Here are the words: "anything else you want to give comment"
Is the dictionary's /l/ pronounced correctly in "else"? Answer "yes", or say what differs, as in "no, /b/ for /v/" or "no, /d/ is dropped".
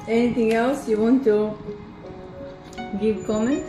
yes